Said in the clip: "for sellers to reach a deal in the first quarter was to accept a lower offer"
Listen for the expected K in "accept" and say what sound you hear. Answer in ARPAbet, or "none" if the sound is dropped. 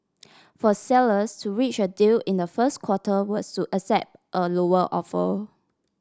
none